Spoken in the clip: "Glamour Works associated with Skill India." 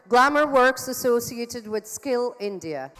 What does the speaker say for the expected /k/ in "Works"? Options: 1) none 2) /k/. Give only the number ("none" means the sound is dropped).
2